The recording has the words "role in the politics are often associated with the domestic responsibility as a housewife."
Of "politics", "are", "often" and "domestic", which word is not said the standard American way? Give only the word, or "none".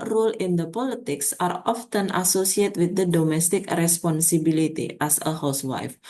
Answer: none